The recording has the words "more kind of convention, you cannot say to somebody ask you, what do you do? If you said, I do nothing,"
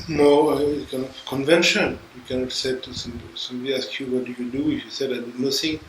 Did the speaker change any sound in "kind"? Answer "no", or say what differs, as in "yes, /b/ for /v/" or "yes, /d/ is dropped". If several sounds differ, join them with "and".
yes, /d/ is dropped